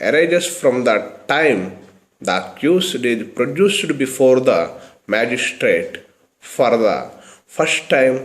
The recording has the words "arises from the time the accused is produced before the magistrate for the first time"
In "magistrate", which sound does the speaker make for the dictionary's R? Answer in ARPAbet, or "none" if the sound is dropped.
R